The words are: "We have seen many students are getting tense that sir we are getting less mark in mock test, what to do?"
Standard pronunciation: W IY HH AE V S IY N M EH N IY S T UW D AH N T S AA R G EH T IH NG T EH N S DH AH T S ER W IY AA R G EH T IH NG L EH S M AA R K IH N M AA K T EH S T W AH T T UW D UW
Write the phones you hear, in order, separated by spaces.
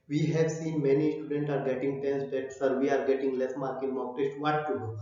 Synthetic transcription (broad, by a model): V IY HH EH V S IY N M EH N IY S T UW D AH N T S AA R G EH T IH NG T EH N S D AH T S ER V IY AA R G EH T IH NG L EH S M AA R K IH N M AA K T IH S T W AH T T UW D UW